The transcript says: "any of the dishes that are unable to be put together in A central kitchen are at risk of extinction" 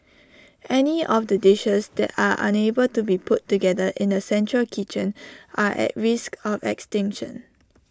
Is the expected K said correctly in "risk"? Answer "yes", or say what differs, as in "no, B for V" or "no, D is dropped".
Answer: yes